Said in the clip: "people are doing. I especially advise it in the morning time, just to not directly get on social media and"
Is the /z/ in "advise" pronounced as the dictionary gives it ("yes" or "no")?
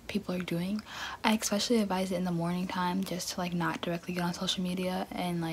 yes